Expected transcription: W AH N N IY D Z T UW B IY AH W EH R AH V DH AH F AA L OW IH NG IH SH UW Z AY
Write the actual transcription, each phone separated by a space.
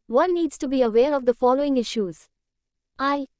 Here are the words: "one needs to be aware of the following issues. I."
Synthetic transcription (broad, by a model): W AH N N IY D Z T UW B IY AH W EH R AH V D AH F AA L OW IH NG IH SH UW Z AY